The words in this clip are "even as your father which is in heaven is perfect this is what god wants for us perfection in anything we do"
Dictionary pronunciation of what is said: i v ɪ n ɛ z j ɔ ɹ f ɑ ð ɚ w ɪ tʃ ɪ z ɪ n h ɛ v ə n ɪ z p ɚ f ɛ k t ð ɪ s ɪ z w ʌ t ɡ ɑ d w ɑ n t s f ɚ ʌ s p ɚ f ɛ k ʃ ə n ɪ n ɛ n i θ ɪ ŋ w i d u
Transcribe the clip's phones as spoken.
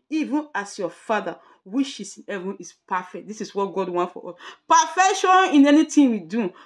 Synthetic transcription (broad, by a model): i v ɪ n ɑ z j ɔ f ɑ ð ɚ w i ʃ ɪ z ɪ n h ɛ v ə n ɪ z p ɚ f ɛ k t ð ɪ s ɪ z w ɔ t ɡ ɑ d w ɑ n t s f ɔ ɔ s p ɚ f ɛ k ʃ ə n ɪ n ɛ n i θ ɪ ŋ w i d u